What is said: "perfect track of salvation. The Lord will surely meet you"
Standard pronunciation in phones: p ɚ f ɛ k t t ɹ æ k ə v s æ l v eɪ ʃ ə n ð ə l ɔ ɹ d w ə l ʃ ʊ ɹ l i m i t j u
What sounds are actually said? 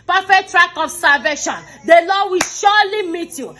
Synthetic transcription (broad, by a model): p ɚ f ɛ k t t ɹ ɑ k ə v s æ l v eɪ ʃ ə n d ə l ɔ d w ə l ʃ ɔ l i m i t j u